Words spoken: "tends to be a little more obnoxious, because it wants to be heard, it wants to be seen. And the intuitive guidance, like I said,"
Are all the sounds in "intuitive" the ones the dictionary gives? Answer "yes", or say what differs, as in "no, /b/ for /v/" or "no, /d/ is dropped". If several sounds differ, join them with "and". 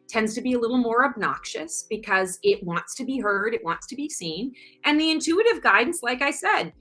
yes